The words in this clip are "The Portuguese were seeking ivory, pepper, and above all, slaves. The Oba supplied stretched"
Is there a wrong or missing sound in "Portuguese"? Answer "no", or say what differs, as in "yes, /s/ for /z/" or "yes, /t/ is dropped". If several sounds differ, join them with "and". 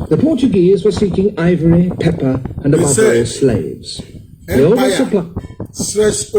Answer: no